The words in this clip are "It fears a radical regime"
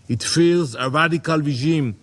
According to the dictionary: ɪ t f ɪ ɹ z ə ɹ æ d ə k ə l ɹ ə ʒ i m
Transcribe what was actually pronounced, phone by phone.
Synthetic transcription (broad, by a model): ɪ t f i l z ə ɹ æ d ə k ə l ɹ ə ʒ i m